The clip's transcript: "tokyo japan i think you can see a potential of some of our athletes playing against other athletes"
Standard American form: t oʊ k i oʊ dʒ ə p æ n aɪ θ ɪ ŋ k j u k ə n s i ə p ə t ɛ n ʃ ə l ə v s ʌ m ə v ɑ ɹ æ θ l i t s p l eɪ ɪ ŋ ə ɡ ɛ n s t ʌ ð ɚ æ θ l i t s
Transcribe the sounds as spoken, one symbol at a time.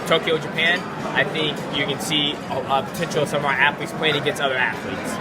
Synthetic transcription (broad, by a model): t oʊ k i oʊ dʒ ə p æ n aɪ θ ɪ ŋ k j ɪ k ə n s i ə p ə t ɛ n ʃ l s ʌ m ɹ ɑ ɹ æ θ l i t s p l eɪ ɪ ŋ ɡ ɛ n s ʌ ð ɚ æ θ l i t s